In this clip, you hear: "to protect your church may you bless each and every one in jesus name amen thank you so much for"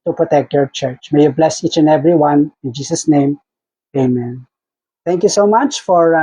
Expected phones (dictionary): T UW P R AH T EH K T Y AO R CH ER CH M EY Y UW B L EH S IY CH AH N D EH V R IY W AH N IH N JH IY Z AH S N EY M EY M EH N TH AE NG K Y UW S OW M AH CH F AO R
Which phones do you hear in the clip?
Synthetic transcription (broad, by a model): T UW P R AH T EH K T Y AO R CH ER CH M EY Y UW B L EH S IY CH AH N EH V R IY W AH N IH N JH IY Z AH S N EY M EY M EH N T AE NG K Y UW S OW M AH CH F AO R